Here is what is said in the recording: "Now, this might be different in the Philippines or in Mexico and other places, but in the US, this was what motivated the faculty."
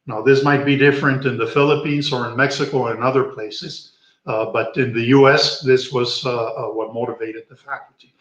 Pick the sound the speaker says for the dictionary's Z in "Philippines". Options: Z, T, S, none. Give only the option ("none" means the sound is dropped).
Z